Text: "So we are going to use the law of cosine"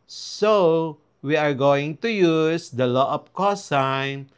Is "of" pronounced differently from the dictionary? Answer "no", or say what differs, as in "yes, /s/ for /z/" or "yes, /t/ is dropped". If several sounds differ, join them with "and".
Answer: yes, /p/ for /v/